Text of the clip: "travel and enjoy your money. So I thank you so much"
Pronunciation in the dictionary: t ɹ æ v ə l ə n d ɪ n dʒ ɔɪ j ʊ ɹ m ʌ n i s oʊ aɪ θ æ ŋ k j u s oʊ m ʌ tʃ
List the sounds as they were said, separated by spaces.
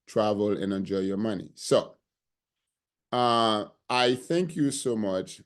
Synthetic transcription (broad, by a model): t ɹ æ v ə l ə n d ɪ n dʒ ɔɪ j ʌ ɹ m ʌ n i s oʊ aɪ θ æ ŋ k j u s oʊ m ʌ tʃ